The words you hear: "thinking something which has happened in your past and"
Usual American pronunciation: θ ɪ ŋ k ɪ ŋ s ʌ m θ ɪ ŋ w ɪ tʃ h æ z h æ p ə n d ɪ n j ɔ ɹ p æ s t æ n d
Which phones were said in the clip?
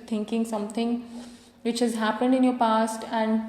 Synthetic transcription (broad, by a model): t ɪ ŋ k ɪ ŋ s ʌ m t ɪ ŋ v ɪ tʃ h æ z h æ p ə n d ɪ n j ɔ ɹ p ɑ s t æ n d